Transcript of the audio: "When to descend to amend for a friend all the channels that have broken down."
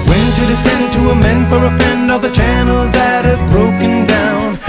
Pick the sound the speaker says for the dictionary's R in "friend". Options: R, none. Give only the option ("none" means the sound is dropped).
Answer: none